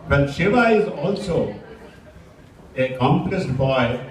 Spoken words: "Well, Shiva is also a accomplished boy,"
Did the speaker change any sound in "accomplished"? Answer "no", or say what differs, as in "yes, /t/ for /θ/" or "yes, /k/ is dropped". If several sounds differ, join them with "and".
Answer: yes, /s/ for /ʃ/